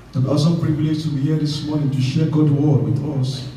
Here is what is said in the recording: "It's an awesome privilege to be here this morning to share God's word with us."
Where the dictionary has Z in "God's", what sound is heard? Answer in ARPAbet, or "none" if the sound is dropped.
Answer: none